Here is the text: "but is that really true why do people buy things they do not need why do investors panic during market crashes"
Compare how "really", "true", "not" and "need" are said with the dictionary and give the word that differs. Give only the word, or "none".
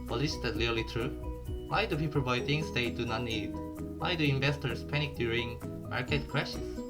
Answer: really